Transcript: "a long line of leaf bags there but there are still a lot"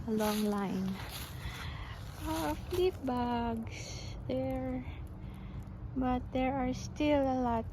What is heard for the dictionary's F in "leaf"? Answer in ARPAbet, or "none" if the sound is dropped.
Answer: P